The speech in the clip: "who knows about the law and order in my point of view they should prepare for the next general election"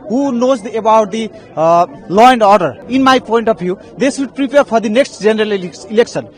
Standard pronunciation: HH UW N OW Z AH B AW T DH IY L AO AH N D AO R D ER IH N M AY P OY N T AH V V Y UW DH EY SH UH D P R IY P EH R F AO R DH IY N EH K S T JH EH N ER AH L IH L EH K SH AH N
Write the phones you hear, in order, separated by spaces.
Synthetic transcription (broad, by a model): HH UW N OW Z AH B AW T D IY L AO AH N D AO R D ER IH N M AY P OY N T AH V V Y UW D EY S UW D P R IY P EH R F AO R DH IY N EH K S T JH EH N ER AH L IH L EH K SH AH N